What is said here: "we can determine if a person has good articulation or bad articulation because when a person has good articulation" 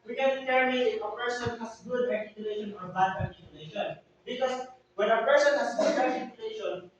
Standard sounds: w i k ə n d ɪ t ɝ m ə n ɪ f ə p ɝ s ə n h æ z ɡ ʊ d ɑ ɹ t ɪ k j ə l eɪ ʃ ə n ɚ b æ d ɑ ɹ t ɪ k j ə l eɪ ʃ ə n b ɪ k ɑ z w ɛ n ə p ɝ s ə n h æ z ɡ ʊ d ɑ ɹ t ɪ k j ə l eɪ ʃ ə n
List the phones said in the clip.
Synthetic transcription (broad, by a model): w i k ə n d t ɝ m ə ɪ f ə p ɝ s ə n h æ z ɡ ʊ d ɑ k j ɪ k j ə l eɪ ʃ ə n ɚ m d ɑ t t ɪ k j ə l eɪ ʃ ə n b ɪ k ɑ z w ɛ n ə p ɝ s ə n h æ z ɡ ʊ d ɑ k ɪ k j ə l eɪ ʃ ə n